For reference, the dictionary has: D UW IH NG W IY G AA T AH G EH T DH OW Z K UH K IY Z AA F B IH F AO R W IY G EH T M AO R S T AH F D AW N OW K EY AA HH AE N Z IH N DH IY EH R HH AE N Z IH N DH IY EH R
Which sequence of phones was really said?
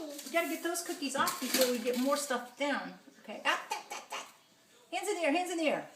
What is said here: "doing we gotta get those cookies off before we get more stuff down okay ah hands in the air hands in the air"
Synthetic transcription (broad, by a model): W IY G AA T AH G EH T DH OW Z K UH K IY Z AA F B IH F AO R W IY G EH T M AO R S T AH F D AW N OW K EY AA HH AE N Z IH N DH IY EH R HH AE N Z IH N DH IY R